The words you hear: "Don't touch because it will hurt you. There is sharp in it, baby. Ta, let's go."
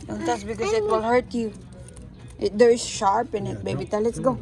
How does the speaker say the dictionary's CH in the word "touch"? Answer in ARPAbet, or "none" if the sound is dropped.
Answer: S